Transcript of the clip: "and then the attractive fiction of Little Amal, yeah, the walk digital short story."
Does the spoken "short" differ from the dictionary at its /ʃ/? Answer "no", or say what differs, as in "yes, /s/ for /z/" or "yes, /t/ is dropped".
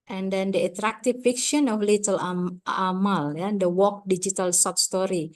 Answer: yes, /s/ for /ʃ/